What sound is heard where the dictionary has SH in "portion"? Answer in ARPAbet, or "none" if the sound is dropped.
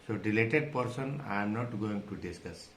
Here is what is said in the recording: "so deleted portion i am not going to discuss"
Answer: S